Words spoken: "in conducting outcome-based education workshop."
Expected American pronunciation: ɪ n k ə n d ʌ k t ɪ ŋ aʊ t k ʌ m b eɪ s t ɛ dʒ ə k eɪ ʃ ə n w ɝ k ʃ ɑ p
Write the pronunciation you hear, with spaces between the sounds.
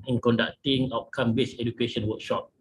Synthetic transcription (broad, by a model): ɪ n k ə n d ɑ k t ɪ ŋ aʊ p k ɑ m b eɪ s ɛ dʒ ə k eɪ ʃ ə n w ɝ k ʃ ɑ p